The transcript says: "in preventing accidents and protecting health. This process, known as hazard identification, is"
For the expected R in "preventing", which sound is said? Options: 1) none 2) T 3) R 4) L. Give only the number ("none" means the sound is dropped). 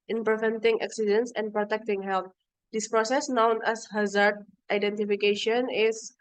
3